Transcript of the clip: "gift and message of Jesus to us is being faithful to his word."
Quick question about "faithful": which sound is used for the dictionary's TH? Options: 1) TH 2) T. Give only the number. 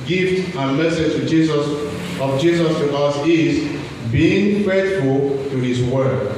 2